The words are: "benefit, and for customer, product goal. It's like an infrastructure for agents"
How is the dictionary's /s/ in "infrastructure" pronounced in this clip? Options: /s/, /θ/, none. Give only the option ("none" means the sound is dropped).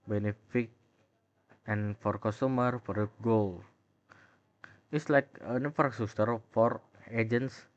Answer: none